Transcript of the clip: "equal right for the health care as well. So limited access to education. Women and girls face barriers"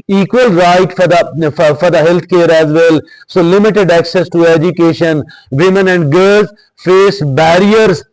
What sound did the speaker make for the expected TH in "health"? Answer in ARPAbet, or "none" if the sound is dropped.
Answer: T